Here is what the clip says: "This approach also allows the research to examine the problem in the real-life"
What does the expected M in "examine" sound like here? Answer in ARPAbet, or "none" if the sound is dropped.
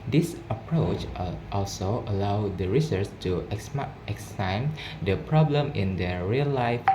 none